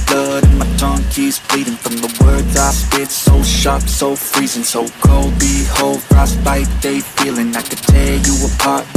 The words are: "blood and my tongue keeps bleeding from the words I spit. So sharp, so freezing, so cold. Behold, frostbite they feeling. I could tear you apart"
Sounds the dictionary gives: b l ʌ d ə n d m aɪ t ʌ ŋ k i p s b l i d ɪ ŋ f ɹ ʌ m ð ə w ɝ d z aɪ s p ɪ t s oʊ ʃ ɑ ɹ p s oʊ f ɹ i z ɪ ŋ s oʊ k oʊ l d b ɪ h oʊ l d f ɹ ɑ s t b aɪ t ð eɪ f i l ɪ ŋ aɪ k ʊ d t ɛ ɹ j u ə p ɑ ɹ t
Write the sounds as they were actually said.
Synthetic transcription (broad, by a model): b l ʌ d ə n m aɪ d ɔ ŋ k i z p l i d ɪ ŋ f ɹ ʌ m ð ə w ɝ d z aɪ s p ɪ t s oʊ ʃ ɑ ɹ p s oʊ f ɹ i z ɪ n s oʊ k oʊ l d b ɪ h oʊ l d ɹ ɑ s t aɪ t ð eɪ f i l ɪ ŋ aɪ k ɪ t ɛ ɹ j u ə p ɑ ɹ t